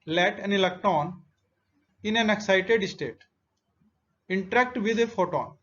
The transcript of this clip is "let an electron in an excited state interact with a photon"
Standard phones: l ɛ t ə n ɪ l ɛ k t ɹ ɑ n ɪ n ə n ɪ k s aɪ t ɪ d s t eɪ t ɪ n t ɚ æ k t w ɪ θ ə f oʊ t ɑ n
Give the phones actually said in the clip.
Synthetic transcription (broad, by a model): l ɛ t ə n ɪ l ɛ k t ɑ n ɪ n ə n ɪ k s aɪ t ɪ d s t eɪ t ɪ n t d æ k t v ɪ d ə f oʊ t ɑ n